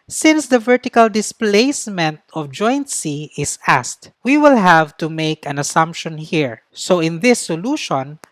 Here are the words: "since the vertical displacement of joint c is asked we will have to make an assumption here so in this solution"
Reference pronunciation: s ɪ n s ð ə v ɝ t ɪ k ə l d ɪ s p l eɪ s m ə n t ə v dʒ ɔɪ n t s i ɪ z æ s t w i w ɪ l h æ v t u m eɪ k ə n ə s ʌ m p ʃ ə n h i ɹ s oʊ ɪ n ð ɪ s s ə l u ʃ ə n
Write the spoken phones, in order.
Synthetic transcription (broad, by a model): s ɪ n s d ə v ɝ t ɪ k ə l d ɪ s p l eɪ s m ə n t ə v dʒ ɔɪ n t s i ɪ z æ s t w i w ɪ l h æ v t u m eɪ k ə n ə s ʌ m p ʃ ə n h i ɹ s oʊ ɪ n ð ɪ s s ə l u ʃ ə n